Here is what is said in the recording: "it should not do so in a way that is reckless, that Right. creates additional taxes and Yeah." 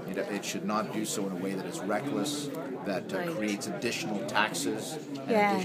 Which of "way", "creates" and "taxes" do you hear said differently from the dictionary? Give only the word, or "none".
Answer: none